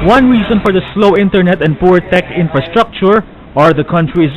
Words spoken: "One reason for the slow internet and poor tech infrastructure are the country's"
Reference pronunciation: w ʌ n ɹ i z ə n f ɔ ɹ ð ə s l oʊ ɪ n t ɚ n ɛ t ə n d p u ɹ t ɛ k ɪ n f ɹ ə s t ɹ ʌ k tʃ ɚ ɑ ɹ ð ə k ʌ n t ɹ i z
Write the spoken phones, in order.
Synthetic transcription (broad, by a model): w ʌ n ɹ i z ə n f ɔ ɹ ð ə s l oʊ ɪ n t ɚ n ɛ t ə n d p u ɹ t ɛ k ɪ n f ɹ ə s t ɹ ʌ k tʃ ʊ ɑ ɹ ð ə k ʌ n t ɹ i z